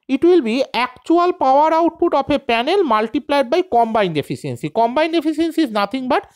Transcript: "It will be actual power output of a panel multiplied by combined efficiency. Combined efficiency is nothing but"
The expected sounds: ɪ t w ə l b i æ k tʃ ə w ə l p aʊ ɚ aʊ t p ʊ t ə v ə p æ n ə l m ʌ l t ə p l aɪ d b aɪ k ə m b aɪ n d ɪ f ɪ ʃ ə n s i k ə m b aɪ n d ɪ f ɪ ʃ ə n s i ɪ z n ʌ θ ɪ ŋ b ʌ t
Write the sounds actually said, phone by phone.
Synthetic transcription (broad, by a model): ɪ t w ə l b i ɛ k tʃ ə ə l p aʊ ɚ aʊ t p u t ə p ə p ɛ n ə l m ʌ l t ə p l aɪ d b aɪ k ə m b aɪ n d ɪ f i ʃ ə n s i k ə m b aɪ n d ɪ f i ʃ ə n s i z n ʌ t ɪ ŋ b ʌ t